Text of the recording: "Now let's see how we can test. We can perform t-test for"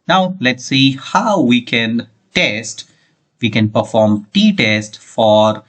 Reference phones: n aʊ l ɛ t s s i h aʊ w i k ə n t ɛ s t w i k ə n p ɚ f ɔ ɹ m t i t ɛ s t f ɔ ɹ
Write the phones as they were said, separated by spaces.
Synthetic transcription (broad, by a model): n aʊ l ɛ t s s i h aʊ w i k ə n t ɛ s t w i k ə n p ɚ f ɔ ɹ m t i t ɛ s t f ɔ ɹ